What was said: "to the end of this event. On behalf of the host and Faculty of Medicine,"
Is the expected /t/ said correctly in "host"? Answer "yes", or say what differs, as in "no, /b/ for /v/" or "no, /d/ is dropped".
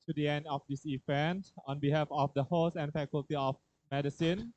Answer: no, /t/ is dropped